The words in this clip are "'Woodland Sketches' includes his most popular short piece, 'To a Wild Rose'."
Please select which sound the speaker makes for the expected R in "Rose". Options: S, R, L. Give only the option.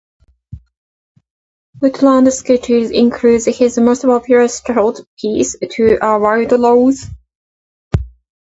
L